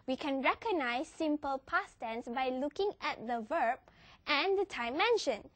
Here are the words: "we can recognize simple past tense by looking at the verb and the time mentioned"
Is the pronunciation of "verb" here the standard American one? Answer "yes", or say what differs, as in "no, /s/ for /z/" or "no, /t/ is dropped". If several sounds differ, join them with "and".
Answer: yes